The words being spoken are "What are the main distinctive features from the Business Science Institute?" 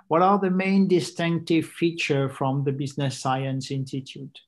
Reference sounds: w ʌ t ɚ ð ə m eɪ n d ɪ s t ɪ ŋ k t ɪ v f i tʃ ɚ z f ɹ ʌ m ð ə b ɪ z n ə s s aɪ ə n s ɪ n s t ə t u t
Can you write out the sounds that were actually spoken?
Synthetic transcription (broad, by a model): w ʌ t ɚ ð ə m eɪ n d ɪ s t ɪ ŋ k t ɪ v f i tʃ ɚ f ɹ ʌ m ð ə b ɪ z n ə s s aɪ ə n s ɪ n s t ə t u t